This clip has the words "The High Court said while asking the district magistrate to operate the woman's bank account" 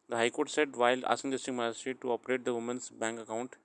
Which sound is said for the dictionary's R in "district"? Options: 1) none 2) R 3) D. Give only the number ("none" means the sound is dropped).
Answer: 1